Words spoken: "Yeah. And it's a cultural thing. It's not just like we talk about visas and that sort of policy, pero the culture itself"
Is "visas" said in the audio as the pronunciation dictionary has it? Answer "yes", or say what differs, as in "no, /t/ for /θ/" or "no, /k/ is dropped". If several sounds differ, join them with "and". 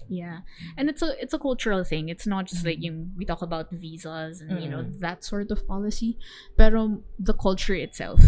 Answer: yes